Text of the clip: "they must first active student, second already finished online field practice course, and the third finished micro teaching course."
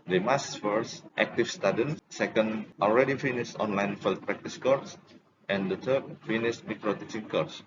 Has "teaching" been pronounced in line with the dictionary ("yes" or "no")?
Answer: no